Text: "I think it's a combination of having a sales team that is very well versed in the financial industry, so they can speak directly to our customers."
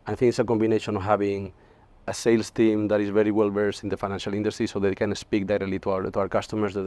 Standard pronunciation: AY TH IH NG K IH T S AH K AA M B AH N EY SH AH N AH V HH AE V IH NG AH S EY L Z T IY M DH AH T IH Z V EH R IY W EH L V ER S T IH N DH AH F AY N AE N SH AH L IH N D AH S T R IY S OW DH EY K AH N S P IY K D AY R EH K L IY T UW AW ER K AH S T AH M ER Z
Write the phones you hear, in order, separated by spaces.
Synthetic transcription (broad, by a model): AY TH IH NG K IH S AH K AA M B AH N EY SH AH N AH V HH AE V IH NG AH S EY L S T IY M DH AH T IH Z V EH R IY W EH L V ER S IH N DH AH F AY N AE N SH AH L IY N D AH S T R IY S OW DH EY K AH N S P IY K D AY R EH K L IY T UW AW ER K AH S T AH M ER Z